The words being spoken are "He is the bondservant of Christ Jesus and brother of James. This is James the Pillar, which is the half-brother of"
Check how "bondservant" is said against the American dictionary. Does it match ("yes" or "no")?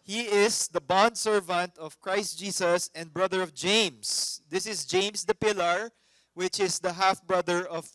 yes